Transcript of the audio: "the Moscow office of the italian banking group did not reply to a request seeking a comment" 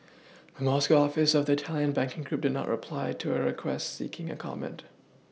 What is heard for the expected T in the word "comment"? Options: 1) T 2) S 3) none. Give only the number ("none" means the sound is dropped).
1